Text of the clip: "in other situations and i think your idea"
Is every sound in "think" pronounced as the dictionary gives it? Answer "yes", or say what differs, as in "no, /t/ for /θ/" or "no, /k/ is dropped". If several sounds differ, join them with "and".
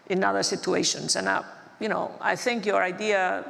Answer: yes